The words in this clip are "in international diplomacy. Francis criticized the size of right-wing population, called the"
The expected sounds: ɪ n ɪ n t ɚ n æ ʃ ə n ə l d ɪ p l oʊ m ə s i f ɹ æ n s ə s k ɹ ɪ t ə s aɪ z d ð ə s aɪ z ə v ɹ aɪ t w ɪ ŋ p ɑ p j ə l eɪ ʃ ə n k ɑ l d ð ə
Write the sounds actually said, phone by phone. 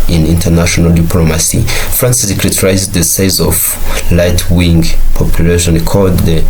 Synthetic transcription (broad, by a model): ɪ n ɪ n t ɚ n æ ʃ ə n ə l d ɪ p l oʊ m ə s i f ɹ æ n s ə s k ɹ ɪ t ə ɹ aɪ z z ð ə s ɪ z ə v l aɪ t w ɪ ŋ p ɑ p j ə l eɪ ʃ ə n k ɑ l d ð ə